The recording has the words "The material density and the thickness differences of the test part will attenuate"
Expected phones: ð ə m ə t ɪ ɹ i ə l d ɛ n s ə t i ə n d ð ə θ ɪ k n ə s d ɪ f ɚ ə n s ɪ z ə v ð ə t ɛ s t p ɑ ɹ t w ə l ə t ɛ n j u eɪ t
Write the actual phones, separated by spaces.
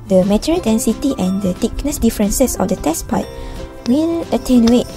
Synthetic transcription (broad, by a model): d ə m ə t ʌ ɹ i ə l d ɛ n s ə t i ə n d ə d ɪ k n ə s d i f ɚ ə n s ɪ s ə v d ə t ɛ s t p ɑ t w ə n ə t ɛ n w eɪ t